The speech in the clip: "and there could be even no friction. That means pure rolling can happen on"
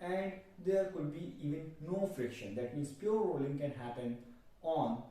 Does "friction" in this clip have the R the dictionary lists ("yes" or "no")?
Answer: yes